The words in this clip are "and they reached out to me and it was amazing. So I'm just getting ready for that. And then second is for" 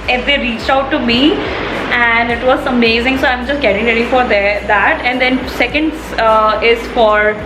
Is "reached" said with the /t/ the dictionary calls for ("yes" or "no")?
yes